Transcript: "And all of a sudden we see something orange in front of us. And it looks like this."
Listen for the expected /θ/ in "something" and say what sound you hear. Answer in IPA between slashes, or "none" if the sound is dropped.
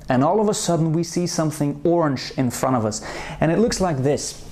/θ/